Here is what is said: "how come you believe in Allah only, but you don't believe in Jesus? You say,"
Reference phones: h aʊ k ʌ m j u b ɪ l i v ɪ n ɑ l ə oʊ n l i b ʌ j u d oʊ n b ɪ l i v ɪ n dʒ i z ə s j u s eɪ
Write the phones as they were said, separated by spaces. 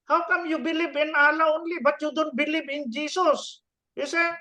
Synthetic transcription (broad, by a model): h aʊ k ʌ m j u b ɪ l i b ɪ n ɑ l ə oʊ n l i b ʌ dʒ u d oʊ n b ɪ l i b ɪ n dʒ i s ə s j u s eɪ